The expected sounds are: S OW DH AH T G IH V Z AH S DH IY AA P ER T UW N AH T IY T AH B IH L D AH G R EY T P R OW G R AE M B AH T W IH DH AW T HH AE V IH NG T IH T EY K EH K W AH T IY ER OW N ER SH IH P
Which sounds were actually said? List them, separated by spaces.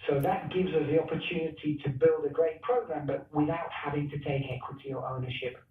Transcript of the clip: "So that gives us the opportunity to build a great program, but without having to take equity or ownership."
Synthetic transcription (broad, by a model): S OW DH AH T G IH V Z AH S DH IY AA P ER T UW N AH T IY T AH B IH L D AH G R EY T P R OW G R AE M B AH T W IH DH AW T HH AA V IH NG T IH T EY K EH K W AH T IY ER OW N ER SH IH P